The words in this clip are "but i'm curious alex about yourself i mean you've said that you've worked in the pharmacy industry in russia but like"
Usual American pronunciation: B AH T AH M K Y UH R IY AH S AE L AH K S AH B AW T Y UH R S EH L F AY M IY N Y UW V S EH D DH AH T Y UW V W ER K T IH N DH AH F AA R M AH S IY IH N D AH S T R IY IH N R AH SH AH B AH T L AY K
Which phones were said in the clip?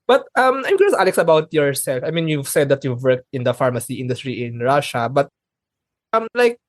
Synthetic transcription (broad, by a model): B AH T AH M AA IY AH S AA L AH K S AH B AW T Y UH R S EH L F AY M IY N Y UW V S EH D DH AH T Y UW V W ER K T IH N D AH F AA R M AH S IY IH N D AH S T R IY IH N R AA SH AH B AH T L AY K